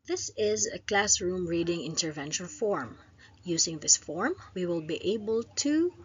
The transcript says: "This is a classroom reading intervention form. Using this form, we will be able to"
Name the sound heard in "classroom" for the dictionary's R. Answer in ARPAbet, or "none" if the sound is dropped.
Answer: R